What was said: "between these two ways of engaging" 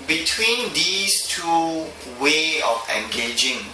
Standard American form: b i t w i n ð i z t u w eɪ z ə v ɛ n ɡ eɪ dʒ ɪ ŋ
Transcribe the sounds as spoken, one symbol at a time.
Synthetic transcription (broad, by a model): b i t w i n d i s t u w eɪ ə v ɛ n ɡ eɪ dʒ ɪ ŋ